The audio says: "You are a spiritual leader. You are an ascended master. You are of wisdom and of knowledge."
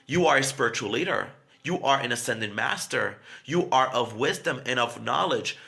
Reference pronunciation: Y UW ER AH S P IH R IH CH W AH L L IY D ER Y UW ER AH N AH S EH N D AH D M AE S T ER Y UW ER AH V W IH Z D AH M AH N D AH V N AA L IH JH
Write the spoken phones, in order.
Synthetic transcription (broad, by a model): Y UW ER AH S P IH R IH CH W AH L L IY D ER Y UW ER AH N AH S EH N D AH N M AE S T ER Y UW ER AH V W IH Z D AH M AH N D AH V N AA L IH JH